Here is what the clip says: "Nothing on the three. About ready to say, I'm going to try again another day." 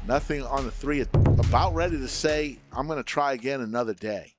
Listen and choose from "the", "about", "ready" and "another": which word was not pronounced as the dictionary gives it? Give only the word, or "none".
none